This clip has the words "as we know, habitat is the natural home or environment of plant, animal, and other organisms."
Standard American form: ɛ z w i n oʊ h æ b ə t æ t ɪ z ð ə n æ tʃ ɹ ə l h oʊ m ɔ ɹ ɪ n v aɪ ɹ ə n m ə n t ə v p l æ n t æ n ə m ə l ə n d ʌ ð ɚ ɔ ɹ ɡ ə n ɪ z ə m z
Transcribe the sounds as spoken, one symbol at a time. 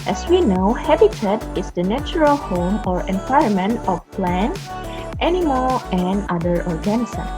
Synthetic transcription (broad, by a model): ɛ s w i n oʊ h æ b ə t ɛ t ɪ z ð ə n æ tʃ ɹ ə l h oʊ m ɔ ɹ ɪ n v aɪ ə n m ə n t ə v p l æ n t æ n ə m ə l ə n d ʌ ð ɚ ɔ ɹ ɡ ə n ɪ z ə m